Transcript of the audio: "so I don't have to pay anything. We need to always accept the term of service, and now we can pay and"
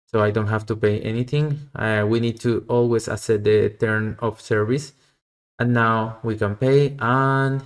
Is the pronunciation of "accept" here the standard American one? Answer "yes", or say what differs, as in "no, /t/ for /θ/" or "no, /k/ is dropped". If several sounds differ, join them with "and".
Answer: no, /k/ is dropped and /p/ is dropped